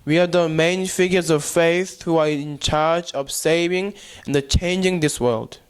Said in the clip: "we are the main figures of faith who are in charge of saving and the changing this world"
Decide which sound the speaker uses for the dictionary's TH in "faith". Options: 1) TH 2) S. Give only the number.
1